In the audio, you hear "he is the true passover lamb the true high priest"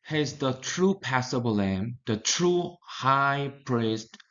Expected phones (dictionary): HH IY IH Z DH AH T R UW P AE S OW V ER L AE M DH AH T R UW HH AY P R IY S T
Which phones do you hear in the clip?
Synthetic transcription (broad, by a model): HH IH Z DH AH T R UW P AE S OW B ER L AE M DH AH T R UW HH AY P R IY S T